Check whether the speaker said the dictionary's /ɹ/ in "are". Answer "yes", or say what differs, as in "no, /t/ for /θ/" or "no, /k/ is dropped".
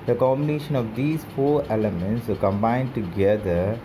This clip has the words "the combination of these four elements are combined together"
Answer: no, /l/ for /ɹ/